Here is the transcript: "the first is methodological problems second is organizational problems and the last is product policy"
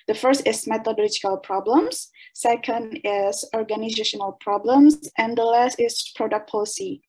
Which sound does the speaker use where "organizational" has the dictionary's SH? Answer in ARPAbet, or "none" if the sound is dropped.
SH